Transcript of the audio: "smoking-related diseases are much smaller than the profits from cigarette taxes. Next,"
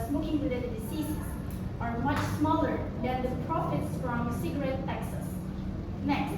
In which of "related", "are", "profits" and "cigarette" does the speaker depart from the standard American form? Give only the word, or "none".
related